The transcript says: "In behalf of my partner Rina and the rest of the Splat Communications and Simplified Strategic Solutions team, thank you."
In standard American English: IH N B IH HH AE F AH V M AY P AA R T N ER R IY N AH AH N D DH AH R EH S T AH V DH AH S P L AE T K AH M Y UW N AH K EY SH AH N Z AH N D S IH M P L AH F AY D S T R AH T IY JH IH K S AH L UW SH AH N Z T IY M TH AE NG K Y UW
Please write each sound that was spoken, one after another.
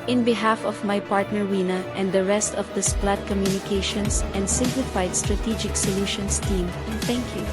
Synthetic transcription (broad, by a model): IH N B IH HH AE F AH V M AY P AA R T N ER W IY N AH AH N D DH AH R EH S T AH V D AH S P L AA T K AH M Y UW N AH K EY SH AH N S AH N D S IH M P L AH F AY D S T R AH T IY JH IH K S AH L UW SH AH N S T IY M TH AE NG K Y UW